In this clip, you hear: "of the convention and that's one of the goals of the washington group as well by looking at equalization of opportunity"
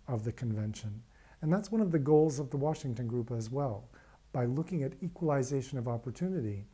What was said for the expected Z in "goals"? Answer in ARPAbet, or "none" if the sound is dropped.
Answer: Z